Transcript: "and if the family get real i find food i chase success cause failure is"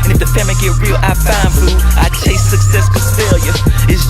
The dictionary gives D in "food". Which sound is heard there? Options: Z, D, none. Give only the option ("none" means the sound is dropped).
none